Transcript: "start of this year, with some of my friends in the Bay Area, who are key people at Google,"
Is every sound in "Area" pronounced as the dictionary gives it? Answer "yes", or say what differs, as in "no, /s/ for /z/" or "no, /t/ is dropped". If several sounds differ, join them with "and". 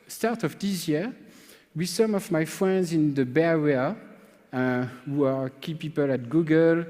no, /w/ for /ɹ/